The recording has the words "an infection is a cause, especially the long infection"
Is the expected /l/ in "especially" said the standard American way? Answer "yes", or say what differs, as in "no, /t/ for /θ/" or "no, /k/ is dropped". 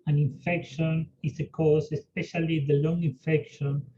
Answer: yes